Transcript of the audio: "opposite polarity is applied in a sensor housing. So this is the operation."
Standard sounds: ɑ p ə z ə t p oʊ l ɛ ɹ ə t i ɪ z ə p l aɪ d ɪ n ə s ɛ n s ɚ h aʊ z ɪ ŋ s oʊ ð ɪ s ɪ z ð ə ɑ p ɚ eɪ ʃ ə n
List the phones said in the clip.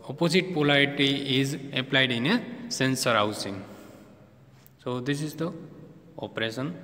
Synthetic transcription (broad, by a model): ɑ p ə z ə t p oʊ l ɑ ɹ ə t i ɪ z ə p l aɪ d ɪ n ə s ɛ n s ɚ h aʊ s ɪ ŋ s oʊ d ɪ s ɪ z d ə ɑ p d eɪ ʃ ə n